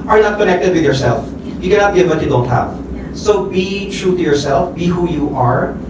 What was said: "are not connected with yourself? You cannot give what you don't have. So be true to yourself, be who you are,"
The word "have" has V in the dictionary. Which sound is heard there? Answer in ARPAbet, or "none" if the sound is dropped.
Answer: F